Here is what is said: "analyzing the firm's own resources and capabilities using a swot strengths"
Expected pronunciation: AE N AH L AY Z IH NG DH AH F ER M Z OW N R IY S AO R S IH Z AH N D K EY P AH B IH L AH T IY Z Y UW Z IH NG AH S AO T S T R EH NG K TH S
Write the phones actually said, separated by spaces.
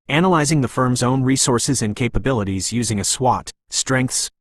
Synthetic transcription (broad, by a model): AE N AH L AY Z IH NG DH AH F ER M Z OW N R IY S AO R S IH Z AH N K EY P AH B IH L AH T IY Z Y UW Z IH NG AH S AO T S T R EH NG K TH S